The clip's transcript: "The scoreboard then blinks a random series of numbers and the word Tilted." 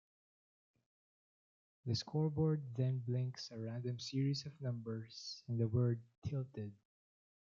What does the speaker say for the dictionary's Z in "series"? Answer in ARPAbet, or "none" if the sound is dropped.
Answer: S